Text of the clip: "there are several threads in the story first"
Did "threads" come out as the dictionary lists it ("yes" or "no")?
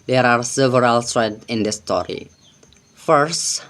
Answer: no